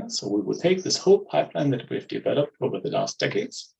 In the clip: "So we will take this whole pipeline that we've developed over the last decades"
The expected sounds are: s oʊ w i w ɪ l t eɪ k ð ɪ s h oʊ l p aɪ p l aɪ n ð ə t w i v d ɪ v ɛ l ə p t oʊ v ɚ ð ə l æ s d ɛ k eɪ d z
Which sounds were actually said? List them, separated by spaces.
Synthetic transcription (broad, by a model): s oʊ w i w ɪ l t eɪ k ð ɪ s h oʊ l p aɪ p l aɪ n ð ə t w i v d ɪ v ɛ l ə p t oʊ v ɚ ð ə l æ s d ɛ k eɪ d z